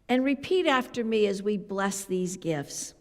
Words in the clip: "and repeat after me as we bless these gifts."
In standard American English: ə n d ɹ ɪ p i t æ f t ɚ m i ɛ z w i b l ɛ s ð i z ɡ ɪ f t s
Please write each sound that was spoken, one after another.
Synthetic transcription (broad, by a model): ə n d ɹ ɪ p i t æ f t ɚ m i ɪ z w i b l ɛ s ð i z ɡ ɪ f t s